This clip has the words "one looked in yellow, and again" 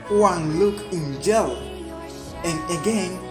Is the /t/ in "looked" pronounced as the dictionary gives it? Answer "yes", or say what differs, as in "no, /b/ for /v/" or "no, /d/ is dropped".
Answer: no, /t/ is dropped